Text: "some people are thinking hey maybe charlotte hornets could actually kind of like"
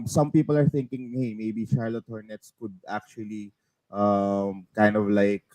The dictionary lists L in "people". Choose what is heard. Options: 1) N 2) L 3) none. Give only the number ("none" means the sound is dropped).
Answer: 2